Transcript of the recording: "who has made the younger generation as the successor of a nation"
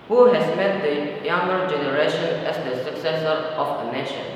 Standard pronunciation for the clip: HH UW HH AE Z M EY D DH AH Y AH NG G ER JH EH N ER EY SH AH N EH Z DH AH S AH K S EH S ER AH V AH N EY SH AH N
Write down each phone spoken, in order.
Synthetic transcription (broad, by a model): HH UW HH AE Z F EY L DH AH Y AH NG G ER JH EH N ER EY SH AH N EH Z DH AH S AH K S EH S ER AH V AH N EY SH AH N